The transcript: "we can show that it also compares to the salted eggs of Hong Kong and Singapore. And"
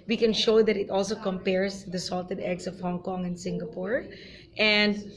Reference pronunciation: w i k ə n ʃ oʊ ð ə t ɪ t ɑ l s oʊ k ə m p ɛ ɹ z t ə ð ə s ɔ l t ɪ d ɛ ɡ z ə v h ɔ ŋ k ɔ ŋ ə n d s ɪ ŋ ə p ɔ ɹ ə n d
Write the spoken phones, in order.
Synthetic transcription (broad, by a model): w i k ə n ʃ oʊ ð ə t ɪ t ɑ l s oʊ k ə m p ɛ ɹ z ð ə s ɔ l t ɪ d ɛ ɡ s ə v h ɔ ŋ k ɔ ŋ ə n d s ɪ ŋ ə p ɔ ɹ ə n d